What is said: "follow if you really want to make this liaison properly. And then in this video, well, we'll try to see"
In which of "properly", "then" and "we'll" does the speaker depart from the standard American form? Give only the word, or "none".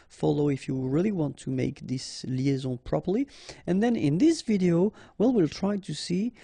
none